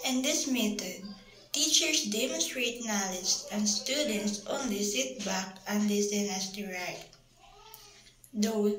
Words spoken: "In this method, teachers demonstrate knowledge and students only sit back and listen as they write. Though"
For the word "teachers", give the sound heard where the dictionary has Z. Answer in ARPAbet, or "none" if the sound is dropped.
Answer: S